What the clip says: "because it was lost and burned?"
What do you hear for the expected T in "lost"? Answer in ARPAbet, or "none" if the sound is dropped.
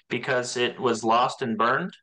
T